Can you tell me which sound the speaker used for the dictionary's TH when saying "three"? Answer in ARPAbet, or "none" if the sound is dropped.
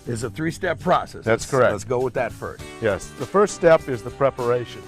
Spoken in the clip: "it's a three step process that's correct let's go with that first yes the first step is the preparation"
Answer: TH